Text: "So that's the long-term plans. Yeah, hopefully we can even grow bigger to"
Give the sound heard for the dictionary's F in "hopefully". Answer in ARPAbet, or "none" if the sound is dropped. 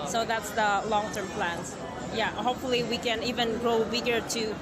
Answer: F